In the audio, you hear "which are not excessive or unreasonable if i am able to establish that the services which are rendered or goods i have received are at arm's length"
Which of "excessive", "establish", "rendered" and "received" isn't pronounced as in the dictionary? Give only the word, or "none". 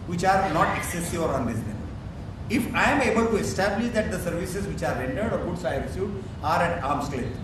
received